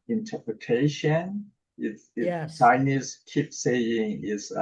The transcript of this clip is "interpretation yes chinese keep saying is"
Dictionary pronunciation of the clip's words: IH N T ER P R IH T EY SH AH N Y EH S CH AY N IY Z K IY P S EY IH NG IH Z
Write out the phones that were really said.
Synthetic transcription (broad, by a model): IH N T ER P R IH T EY SH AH N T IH CH AY N IY Z K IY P S EY IH NG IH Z